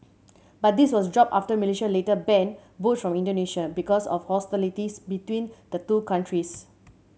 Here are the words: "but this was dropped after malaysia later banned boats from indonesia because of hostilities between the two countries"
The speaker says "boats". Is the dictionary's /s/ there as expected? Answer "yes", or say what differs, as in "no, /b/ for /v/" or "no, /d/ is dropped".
no, /s/ is dropped